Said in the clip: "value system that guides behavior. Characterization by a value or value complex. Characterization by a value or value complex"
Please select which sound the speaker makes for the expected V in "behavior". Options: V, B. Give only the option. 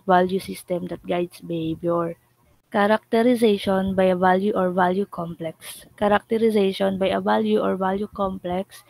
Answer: B